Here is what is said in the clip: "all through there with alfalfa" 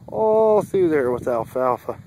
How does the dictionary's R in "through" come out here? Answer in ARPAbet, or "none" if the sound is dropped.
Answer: none